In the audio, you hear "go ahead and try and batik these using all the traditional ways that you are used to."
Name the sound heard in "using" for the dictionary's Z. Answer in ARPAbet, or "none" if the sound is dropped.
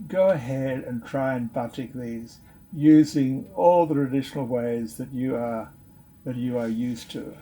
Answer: Z